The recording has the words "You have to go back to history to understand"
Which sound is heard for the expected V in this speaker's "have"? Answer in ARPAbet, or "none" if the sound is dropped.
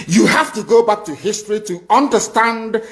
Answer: F